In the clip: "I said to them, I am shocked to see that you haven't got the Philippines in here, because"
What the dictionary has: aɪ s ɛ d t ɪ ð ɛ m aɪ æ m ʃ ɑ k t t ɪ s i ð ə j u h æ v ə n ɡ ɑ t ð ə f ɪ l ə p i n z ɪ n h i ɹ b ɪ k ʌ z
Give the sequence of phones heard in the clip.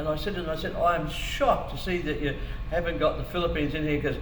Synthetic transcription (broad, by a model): aɪ s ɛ d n ɪ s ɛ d aɪ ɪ m ʃ ɑ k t t ɪ s i ð ə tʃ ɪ h æ v ə n ɡ ɑ t ð ə f ɪ l ə p i n z ɪ n h i ɹ k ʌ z